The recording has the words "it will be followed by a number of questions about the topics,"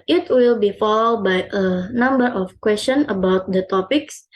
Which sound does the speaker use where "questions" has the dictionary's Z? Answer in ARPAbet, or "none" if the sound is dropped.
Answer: none